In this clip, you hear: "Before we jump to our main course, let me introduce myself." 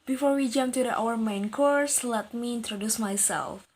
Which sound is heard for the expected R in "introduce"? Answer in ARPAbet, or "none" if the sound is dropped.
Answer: R